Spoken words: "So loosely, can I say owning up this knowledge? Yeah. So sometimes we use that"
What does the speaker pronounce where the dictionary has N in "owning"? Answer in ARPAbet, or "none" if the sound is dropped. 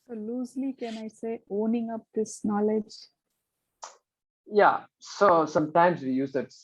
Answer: N